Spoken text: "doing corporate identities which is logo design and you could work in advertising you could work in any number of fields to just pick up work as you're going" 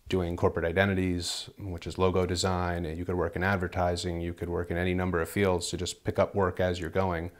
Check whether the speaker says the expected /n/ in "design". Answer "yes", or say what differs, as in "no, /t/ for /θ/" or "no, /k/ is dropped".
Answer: no, /n/ is dropped